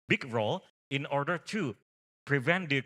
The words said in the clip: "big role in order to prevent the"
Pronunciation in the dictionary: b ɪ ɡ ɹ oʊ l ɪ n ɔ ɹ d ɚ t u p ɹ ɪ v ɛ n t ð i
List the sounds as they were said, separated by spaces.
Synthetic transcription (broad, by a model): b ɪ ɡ ɹ oʊ l ɪ n ɔ ɹ d ɚ t u p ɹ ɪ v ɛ n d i